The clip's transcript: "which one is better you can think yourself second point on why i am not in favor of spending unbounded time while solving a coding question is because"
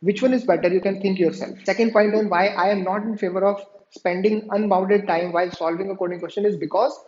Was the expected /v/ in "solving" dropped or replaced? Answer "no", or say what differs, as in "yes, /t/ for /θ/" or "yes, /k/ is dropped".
no